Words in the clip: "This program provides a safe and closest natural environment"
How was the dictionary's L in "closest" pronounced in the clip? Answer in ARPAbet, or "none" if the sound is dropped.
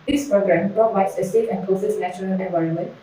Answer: none